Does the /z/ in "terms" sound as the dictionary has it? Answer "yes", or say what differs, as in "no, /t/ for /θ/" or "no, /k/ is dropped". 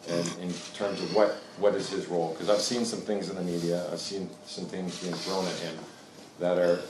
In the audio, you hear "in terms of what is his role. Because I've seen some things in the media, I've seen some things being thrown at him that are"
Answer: yes